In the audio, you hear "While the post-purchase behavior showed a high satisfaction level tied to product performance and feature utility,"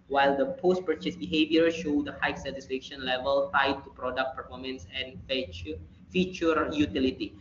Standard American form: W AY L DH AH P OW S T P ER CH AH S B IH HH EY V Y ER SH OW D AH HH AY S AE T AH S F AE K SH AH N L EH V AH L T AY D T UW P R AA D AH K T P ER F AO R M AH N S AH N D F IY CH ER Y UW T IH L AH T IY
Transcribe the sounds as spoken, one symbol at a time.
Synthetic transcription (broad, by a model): W AY L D AH P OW S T P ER CH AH S B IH HH EY V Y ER SH OW D AH HH AY S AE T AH S F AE K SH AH N L EH V AH L T AY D T UW P R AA D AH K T P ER F AO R M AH N S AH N F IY CH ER Y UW T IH L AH T IY